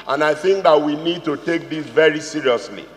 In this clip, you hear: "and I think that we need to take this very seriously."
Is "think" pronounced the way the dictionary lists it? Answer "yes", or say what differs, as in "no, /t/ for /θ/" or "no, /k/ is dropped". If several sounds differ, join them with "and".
yes